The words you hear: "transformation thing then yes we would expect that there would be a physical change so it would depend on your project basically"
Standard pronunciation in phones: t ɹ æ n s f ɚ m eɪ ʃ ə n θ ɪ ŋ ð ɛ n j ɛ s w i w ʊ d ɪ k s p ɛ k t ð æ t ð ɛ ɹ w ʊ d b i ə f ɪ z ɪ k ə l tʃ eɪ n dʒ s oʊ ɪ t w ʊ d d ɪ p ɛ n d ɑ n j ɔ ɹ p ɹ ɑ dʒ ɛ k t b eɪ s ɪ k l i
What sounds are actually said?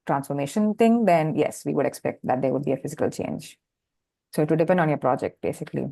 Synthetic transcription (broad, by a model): t ɹ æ n s f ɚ m eɪ ʃ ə n t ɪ ŋ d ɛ n j ɛ s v i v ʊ d ɪ k s p ɛ k t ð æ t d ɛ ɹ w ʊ d b i ə f ɪ z ɪ k ə l tʃ eɪ n dʒ s oʊ ɪ t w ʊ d d ɪ p ɛ n d ɑ n j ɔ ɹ p ɹ ɑ dʒ ɛ k t b eɪ s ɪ k l i